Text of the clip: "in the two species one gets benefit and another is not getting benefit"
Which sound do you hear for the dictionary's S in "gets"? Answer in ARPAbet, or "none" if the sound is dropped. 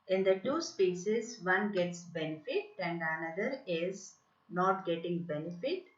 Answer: S